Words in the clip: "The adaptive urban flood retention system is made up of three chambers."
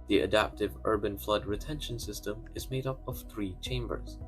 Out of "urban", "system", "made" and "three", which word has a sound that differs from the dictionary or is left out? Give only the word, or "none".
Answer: none